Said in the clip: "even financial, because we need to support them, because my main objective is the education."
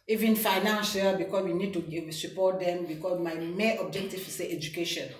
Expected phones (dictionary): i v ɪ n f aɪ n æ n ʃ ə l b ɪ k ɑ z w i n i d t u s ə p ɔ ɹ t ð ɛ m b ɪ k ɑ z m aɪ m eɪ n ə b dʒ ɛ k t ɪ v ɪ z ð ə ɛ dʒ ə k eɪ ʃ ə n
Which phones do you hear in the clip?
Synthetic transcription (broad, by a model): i v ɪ n f aɪ n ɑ n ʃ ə l b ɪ k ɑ s w i n i d t u s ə p ɔ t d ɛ m b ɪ k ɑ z m aɪ m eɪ ə b dʒ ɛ k t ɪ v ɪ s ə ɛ dʒ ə k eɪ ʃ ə n